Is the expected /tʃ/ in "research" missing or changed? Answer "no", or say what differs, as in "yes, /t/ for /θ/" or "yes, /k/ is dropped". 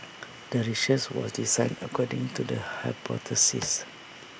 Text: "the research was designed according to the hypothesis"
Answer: yes, /s/ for /tʃ/